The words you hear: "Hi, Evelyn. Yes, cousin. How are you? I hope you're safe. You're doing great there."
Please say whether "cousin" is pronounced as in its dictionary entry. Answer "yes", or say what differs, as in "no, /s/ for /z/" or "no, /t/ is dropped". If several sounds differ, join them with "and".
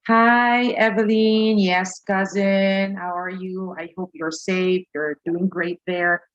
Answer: yes